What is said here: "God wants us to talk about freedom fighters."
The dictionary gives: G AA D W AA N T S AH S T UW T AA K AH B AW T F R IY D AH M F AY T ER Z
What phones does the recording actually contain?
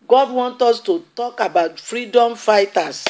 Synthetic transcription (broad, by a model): G AA D W AA N T AO S T UW T AA K AH B AW T F R IY D AH M F AY T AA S